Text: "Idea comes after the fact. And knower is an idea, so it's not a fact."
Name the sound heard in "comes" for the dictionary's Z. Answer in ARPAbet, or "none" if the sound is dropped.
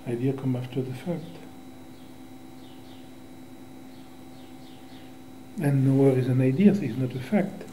none